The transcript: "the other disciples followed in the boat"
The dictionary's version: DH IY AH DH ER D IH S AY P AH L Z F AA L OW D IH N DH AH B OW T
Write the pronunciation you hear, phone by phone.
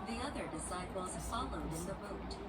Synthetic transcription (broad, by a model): DH IY AH DH ER D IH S AY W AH Z F AA L OW D IH N DH AH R OW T